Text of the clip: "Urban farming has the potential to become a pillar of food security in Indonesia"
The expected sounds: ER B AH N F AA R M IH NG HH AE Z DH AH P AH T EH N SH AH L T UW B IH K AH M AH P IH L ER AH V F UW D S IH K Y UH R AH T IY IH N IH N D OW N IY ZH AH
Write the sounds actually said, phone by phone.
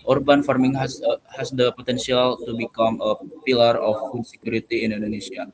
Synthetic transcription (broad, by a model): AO B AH N F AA R M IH NG HH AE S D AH P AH T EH N S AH L T UW B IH K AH M AH P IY L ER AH F UW D S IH K Y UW R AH T IY IH N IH N D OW N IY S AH